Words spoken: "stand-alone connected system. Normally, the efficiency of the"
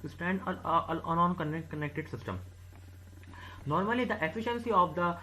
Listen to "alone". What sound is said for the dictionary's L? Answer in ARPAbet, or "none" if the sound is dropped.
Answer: N